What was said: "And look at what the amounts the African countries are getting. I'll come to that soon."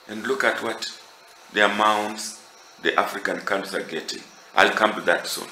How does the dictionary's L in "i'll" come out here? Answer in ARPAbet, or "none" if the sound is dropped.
L